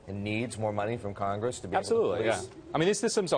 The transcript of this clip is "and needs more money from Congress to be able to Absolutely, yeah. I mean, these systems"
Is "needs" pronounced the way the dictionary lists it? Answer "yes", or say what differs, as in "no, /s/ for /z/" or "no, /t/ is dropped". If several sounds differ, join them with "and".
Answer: yes